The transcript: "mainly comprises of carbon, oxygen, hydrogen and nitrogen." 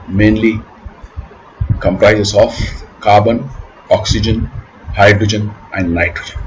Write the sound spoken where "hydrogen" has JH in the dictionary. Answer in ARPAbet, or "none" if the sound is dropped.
JH